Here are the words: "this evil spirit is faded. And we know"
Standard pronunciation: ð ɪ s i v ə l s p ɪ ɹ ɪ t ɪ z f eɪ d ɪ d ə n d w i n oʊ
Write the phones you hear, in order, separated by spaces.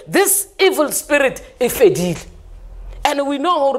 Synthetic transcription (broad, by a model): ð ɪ s i v ə l s p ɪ ɹ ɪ t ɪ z f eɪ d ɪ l ə n d w i n oʊ